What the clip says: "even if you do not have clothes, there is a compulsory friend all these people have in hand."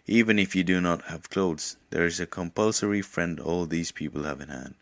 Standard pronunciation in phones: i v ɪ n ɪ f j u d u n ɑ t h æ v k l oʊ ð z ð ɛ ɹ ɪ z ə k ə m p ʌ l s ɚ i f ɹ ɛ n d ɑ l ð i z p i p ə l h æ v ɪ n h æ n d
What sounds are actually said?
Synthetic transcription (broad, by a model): i v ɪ n ɪ f j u d u n ɑ t h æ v k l oʊ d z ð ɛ ɹ ɪ z ə k ə m p ʌ l s ɚ i f ɹ ɛ n d ɑ l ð i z p i p ə l h æ v ɪ n h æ n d